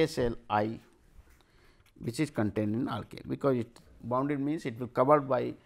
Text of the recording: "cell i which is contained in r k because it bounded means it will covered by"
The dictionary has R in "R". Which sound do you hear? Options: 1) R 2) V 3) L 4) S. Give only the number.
3